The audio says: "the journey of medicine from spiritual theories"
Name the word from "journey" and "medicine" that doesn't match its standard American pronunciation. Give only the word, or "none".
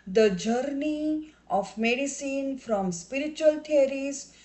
none